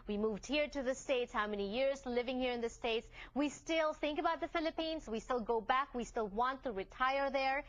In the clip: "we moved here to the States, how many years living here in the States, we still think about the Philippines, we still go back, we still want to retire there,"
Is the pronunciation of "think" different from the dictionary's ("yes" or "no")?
no